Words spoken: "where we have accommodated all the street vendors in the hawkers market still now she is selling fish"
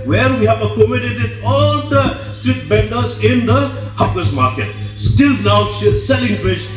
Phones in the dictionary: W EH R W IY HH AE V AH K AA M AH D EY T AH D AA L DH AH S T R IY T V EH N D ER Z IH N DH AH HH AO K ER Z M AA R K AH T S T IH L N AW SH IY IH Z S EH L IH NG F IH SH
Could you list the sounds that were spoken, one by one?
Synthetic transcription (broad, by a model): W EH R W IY HH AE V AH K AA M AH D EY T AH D AA L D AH S T R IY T B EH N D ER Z IH N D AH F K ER S M AA R K AH T S T IH L N AW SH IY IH S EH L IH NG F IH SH